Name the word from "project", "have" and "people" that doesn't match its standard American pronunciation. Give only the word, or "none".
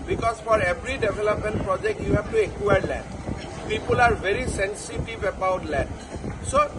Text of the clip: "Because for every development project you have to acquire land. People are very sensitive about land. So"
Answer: have